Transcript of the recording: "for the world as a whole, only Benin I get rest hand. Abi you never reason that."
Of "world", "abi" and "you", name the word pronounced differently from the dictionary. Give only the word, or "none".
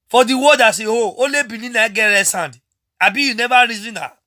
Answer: world